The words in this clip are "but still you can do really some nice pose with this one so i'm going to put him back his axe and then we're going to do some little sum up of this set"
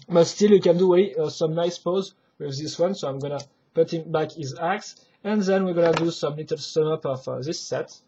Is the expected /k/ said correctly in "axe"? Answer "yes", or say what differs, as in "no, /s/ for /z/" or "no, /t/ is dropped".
yes